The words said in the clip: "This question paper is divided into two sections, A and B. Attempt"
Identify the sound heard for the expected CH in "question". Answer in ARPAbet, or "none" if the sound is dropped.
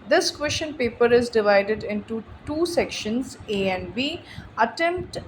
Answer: SH